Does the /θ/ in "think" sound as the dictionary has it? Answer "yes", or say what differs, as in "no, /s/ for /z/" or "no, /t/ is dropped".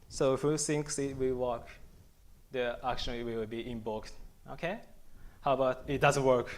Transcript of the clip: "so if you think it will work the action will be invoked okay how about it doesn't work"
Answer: no, /s/ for /θ/